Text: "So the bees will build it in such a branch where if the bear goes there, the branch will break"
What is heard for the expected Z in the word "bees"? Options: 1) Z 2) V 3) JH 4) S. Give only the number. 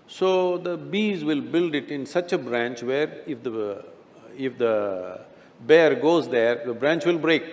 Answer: 1